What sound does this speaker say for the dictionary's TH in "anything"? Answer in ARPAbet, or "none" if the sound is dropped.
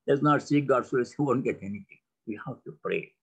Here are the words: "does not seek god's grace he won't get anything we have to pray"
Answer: T